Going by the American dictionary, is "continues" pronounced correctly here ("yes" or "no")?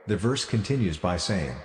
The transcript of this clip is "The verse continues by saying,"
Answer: yes